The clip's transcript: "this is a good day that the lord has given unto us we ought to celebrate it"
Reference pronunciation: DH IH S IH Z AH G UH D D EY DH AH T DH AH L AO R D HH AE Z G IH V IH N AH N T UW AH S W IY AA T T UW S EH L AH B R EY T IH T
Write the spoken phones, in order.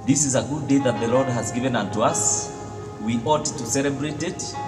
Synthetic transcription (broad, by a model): DH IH S IH Z AH G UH D D EY DH AH T DH AH L AO R D HH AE Z G IH V IH N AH N T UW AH S W IY AA T T UW S EH L AH B R EY T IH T